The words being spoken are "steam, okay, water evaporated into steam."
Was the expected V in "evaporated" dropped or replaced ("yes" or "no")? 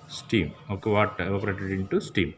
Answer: yes